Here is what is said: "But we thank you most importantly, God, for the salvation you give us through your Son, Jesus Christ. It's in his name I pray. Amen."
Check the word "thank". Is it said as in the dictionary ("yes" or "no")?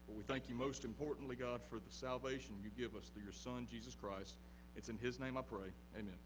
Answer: yes